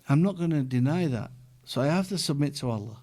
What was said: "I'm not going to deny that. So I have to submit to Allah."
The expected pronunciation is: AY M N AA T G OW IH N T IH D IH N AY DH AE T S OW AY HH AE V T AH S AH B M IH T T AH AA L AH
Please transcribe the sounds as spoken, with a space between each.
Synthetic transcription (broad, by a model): AY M N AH T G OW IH N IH D IH N AY DH AE T S OW AY HH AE F T AH S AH B M IH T T AH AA L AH